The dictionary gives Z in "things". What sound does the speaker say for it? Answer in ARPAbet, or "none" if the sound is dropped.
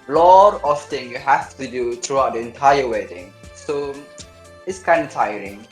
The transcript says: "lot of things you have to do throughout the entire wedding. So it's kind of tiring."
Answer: none